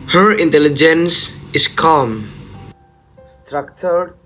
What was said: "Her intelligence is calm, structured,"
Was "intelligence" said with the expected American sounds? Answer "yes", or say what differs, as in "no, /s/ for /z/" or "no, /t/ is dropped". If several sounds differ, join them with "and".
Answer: yes